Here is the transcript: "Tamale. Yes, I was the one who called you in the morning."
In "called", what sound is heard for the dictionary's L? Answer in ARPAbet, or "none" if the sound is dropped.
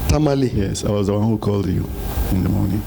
L